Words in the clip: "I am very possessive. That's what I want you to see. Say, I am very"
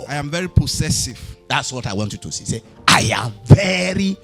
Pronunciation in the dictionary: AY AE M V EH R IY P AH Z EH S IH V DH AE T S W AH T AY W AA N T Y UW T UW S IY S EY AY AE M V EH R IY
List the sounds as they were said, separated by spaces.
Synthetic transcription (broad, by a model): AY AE M V EH R IY P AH S EH S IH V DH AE T S W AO T AY W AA N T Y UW T UW S IY S EY AY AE M V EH R IY